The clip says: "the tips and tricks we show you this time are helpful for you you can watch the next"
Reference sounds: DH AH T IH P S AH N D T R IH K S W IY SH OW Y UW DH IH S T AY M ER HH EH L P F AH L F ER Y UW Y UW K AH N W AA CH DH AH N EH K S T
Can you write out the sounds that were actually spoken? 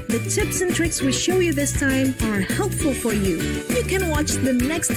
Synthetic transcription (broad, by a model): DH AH T IH P S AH N T R IH K S W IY SH OW Y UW DH IH S T AY M ER HH EH L P F AH L F ER Y UW Y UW K AH N W AA CH DH AH N EH K S T